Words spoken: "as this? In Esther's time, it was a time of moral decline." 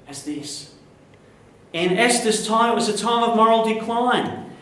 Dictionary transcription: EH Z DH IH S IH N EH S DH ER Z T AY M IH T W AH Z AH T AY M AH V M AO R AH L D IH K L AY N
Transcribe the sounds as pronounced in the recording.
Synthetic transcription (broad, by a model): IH Z DH IH S IH N EH S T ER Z T AY M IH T W AH Z AH T AY M AH V M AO R L D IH K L AY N